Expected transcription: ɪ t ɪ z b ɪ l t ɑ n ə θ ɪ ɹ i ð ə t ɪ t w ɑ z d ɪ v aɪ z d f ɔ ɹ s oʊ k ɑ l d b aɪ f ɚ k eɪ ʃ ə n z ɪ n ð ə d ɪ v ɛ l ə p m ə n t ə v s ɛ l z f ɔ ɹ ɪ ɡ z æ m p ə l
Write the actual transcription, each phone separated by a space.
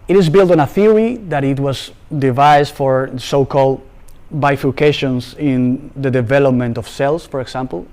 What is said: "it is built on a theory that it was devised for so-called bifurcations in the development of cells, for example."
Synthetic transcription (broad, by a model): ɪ t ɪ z b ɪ l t ɑ n ə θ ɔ ɹ i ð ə t ɪ t w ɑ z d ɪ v aɪ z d f ɔ ɹ s oʊ k ɑ l d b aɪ f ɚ k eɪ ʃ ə n s ɪ n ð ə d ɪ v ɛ l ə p m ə n t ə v s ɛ l s f ɔ ɹ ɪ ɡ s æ m p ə l